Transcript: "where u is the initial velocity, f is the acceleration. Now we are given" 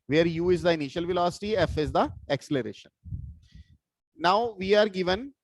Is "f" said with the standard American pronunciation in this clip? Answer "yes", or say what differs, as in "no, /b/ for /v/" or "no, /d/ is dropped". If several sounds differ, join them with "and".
yes